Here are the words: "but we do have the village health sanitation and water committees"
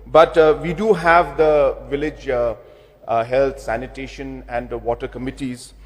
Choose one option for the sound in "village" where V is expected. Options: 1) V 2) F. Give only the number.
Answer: 1